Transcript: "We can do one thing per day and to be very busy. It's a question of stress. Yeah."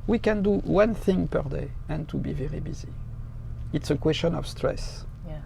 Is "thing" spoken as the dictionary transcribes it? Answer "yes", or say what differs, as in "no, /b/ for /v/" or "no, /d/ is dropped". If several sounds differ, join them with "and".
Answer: yes